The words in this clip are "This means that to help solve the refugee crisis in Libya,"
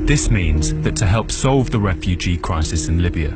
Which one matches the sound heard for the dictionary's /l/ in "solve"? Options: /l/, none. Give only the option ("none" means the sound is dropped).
/l/